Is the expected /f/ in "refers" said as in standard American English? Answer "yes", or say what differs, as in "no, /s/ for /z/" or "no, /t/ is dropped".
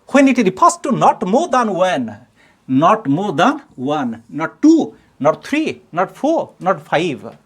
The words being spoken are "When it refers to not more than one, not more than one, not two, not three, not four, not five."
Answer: no, /p/ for /f/